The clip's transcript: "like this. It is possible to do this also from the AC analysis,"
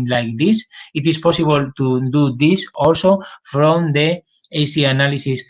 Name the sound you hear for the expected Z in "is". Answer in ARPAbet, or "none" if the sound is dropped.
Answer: S